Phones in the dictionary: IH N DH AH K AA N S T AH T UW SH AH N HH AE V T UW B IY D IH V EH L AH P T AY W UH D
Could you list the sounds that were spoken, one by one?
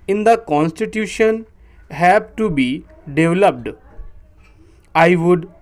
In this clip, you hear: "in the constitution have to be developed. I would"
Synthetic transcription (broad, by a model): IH N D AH K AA N S T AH T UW SH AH N HH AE B T UW B IY D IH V L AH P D AY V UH D